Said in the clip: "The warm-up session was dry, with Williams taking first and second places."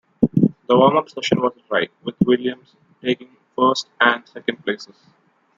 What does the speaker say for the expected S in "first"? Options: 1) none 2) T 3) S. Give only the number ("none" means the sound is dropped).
3